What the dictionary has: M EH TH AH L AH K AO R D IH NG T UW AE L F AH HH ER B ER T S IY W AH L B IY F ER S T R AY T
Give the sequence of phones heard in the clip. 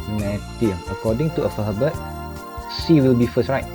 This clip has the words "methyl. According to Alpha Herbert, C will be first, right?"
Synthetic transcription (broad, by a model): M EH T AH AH K AO D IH NG T UW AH F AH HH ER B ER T S IY W AH L B IY F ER S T R AY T